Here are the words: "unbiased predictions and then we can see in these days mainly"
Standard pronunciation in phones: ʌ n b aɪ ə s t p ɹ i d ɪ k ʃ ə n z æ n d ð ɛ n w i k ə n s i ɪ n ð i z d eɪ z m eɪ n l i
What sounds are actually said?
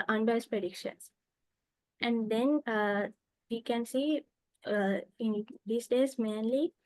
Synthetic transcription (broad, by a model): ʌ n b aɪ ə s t p ɹ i d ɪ k ʃ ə n s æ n d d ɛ n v i k ə n s i ɪ n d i s d eɪ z m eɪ n l i